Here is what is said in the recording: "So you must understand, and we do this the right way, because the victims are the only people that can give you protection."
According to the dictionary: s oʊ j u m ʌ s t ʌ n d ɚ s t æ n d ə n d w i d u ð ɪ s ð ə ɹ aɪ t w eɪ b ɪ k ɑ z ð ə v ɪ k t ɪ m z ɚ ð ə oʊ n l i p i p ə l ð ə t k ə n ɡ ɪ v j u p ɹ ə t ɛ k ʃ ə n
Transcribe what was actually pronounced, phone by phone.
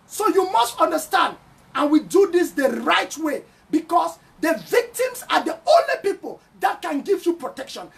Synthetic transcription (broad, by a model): s oʊ j u m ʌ s t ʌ n d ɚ s t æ n d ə n w i d u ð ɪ s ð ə ɹ aɪ t w eɪ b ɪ k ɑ s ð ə v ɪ k t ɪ m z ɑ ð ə oʊ n l i p i p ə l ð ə t k ə n ɡ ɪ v j u p ɹ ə t ɛ k ʃ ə n